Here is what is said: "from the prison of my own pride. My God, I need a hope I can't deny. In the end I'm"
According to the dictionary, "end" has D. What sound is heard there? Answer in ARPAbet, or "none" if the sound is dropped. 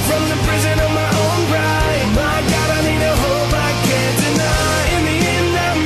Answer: none